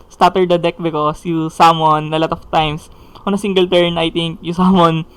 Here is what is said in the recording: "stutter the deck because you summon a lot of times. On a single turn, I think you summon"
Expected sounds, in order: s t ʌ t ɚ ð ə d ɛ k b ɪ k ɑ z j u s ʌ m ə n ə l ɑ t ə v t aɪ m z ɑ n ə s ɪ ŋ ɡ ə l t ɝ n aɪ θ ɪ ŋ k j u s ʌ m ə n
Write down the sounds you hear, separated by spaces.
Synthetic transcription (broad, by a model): s t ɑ t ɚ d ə d ɛ k b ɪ k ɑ s j u s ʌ m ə n ə l ɑ t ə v t aɪ m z ɑ n ə s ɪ ŋ ɡ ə l t ɝ n aɪ t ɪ ŋ k j u s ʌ m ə n